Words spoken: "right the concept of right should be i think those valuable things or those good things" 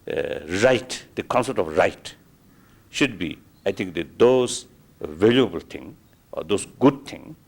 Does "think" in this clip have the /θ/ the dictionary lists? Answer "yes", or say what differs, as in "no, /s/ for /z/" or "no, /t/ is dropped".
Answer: no, /t/ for /θ/